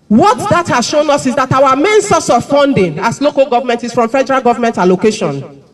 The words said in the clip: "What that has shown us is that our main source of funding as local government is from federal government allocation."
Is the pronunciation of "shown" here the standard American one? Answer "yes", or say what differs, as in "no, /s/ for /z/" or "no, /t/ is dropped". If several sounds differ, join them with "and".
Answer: yes